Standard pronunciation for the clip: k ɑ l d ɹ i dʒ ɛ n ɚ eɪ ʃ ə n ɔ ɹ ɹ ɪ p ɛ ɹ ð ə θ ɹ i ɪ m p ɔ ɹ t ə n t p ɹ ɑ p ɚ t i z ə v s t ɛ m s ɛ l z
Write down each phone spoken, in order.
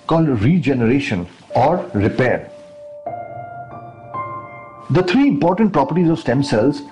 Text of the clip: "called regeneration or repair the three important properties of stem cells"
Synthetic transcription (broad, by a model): k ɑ l d ɹ i dʒ ɛ n ɚ eɪ ʃ ə n ɔ ɹ ɹ ɪ p ɛ ɹ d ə t ɹ i ɪ m p ɔ ɹ t ə n t p ɹ ɑ p ɚ t i z ə v s t ɛ m s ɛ l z